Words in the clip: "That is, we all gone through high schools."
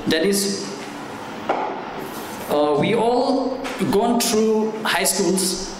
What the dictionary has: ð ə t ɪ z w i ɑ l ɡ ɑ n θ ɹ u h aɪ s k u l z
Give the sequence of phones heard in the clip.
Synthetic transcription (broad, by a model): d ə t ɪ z w i ɑ l ɡ ɑ n t ɹ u h aɪ s k u l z